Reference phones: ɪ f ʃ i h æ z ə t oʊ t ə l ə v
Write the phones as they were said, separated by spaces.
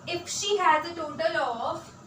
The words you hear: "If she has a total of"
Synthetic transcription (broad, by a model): ɪ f ʃ i h æ z ə t oʊ t ə l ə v